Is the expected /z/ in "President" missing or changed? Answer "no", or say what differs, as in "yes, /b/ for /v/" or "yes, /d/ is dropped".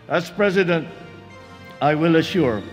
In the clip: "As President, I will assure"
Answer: no